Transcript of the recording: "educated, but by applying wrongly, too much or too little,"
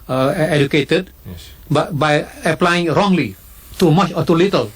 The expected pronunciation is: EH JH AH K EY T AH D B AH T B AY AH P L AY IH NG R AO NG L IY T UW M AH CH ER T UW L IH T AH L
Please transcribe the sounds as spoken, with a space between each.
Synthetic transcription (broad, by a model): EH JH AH K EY T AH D B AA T B AY AH P L AY IH NG R AO NG L IY T UW M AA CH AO T UW L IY T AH L